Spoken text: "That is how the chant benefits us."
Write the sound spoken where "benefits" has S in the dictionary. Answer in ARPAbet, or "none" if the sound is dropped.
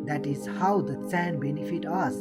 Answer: none